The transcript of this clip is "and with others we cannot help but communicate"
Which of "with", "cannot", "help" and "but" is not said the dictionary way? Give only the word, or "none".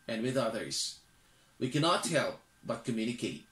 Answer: none